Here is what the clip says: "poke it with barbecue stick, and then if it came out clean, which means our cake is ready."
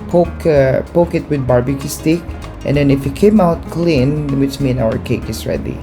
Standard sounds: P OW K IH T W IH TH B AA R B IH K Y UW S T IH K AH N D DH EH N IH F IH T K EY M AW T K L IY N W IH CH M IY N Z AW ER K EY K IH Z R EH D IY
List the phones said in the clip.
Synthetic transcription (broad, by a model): P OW K IH T W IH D B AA R B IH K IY S T IH K AH N D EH N IH F IH T K EY M AW T K L IY N W IH CH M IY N AW ER K EY K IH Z R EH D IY